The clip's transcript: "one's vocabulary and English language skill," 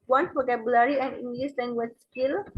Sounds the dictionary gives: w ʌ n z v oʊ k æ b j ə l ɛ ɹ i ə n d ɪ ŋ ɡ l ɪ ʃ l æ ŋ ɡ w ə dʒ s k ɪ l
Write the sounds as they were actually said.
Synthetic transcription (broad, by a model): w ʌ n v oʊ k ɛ b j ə l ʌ ɹ i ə n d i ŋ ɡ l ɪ s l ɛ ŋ ɡ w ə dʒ s k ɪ l